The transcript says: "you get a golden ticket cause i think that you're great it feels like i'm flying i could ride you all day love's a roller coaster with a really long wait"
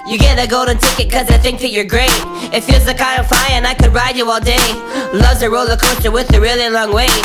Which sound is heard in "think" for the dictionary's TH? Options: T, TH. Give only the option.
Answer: TH